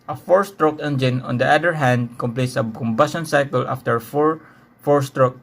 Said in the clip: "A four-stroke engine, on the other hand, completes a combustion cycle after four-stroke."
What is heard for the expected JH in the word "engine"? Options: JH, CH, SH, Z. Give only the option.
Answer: JH